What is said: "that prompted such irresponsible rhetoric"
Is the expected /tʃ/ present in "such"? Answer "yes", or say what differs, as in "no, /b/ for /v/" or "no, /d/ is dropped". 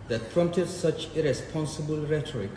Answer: yes